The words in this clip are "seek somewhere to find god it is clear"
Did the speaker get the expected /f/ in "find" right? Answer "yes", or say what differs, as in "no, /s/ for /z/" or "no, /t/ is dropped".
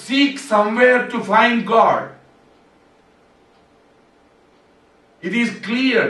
yes